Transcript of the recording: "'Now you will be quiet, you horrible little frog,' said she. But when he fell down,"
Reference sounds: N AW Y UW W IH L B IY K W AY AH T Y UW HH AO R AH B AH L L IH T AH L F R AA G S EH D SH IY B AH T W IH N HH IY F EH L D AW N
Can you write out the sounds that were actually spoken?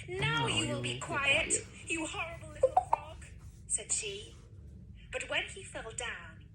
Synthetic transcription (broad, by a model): N AW Y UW W IH L B IY K W AY AH T Y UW HH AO R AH B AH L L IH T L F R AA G S EH D SH IY B AH T W IH N IY F EH L D AW N